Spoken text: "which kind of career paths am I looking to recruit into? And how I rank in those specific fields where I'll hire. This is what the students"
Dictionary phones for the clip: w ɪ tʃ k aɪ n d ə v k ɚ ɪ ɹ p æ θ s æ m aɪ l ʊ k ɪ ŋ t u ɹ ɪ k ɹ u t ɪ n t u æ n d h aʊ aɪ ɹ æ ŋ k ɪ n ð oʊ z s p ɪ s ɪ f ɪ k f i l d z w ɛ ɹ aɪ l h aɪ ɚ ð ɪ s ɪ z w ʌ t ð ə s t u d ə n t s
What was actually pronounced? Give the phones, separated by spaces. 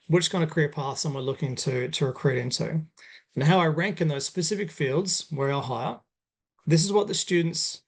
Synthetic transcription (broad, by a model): w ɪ tʃ k aɪ n d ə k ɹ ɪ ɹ p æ θ s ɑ m aɪ l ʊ k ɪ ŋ t u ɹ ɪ k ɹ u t ɪ n t u n h aʊ aɪ ɹ æ ŋ k ɪ n ð oʊ z s p ɪ s ɪ f ɪ k f i l d z w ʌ ɹ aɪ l h aɪ ɚ ð ɪ s ɪ z w ʌ t ð ə s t u d n t s